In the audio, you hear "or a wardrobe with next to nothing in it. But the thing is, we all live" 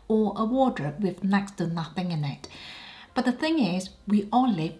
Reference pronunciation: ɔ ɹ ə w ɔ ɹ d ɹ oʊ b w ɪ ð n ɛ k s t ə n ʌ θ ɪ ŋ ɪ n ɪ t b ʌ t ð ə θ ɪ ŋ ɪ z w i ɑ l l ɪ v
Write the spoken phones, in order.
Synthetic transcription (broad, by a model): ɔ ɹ ə w ɔ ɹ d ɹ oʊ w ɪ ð n ɛ k s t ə n ʌ θ ɪ ŋ ɪ n ɪ t b ʌ t ð ə θ ɪ ŋ ɪ z w i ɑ n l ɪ